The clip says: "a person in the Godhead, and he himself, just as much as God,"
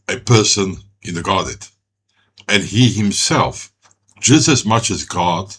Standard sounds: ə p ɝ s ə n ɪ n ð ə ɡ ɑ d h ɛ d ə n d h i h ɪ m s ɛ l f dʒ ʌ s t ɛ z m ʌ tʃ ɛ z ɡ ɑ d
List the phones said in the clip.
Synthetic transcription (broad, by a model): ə p ɝ s ə n ɪ n ð ə ɡ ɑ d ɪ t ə n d h i h ɪ m s ɛ l f dʒ ʌ s t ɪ z m ʌ tʃ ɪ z ɡ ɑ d